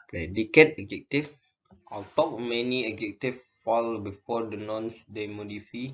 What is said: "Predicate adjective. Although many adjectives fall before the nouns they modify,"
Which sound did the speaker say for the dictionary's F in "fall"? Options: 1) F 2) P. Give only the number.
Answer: 1